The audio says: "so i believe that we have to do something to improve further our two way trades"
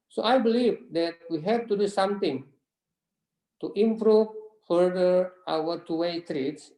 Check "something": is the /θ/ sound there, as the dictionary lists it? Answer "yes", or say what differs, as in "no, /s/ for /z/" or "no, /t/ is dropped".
no, /t/ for /θ/